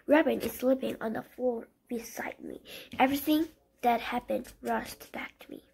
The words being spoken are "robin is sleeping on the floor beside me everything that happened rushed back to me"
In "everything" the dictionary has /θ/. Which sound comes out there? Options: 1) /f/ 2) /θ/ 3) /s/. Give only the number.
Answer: 2